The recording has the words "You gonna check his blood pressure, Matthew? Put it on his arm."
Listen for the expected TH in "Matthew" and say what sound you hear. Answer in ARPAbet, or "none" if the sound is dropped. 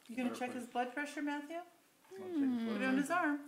TH